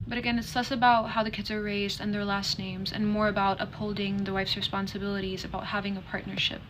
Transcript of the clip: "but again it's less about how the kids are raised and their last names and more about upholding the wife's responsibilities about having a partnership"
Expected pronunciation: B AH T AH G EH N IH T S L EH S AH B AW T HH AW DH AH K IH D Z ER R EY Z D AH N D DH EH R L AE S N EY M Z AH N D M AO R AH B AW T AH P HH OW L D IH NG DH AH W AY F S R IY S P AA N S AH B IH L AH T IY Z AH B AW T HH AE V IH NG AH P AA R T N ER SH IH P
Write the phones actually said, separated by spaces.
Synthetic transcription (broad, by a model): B AH T AH G EH N IH T S L EH S AH B AW T HH AW DH AH K IH D Z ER R EY Z D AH N DH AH R L AE S N EY M Z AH N M AO R AH B AW T AH P HH OW L D IH NG DH AH W AY F S R IY S P AA N S AH B IH L AH T IY Z AH B AW T HH AE V IH NG AH P AA R T N ER SH IH P